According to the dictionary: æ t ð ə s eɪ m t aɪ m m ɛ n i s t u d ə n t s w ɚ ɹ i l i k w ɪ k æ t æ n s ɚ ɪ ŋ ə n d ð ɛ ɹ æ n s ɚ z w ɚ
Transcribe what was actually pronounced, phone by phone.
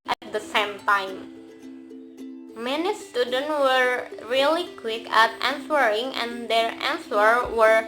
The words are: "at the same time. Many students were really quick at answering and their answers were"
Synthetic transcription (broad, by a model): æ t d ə s eɪ m t aɪ m m ɛ n i s t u d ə n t w ɚ ɹ i l i k w ɪ k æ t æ n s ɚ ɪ ŋ ə n d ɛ ɹ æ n s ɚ w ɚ